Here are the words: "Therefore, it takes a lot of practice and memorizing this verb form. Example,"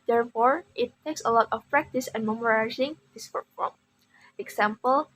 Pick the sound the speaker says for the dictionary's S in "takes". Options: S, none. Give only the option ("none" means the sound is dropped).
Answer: S